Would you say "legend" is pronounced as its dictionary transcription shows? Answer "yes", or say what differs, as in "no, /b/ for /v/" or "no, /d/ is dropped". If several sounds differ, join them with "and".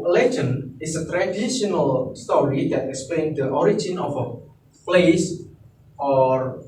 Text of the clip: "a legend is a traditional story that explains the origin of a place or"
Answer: no, /d/ is dropped